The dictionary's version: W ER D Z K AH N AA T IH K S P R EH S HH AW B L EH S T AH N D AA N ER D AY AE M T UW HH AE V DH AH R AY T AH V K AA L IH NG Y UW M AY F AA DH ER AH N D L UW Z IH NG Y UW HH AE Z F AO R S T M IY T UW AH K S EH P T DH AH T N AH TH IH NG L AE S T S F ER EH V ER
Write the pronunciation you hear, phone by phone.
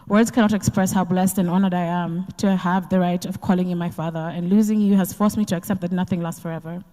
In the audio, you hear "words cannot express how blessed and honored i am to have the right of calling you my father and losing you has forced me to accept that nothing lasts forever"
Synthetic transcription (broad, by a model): W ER D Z K AH N AA T IH K S P R EH S HH AW B L EH S T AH N AA N ER D AY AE M T UW HH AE V DH AH R AY T AH V K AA L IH NG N M AY F AA DH ER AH N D L UW Z IH NG Y UW HH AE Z F AO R S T M IY T UW AH K S EH P T DH AH T N AH TH IH NG L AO S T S F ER EH V ER